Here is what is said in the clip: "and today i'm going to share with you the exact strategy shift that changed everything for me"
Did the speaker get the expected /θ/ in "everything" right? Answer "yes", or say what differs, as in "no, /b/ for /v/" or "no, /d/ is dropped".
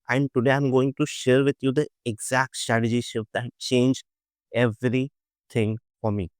no, /t/ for /θ/